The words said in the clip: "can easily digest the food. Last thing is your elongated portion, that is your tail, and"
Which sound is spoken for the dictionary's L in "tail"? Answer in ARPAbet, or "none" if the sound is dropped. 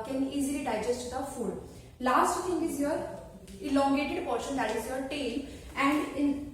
L